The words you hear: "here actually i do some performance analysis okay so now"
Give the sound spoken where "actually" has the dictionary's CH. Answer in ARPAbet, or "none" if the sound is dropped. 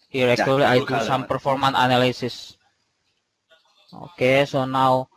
none